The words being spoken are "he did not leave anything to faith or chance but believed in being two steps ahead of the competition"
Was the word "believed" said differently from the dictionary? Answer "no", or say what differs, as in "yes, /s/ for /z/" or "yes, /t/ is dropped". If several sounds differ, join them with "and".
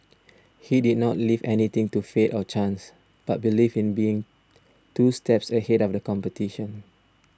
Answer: yes, /d/ is dropped